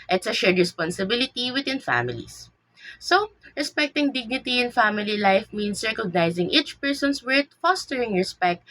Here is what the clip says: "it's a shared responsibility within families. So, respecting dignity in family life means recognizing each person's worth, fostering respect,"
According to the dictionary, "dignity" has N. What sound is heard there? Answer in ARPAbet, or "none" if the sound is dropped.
N